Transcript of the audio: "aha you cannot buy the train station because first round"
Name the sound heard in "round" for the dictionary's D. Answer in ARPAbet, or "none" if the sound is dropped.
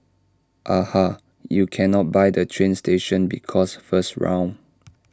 none